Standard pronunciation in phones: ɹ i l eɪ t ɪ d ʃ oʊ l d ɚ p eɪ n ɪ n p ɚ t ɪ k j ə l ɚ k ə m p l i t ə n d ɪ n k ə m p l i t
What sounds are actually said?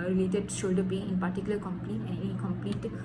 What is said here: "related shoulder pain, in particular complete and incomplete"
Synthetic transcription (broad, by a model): ɹ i l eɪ t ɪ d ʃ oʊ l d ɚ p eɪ ɪ n p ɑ t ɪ k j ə l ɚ k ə m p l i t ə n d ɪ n k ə m p l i t